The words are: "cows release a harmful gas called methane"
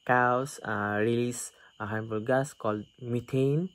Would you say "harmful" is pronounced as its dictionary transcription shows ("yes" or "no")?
no